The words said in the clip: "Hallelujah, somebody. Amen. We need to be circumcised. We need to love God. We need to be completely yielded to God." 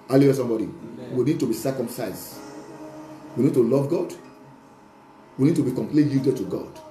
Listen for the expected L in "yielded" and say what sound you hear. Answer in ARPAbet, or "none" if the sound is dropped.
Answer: none